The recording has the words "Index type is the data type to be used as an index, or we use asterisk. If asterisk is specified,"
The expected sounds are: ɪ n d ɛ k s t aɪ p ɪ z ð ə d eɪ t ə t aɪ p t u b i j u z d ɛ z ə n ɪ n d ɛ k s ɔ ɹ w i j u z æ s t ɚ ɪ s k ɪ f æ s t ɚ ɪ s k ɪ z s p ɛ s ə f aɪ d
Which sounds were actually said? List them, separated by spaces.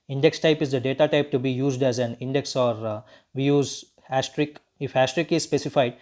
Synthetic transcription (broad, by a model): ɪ n d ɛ k s t aɪ p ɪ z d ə d eɪ t ə t aɪ p t u b i j u z d ɛ z ə n ɪ n d ɛ k s ɔ ɹ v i j u z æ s t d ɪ k ɪ f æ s t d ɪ k ɪ z s p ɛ s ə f aɪ d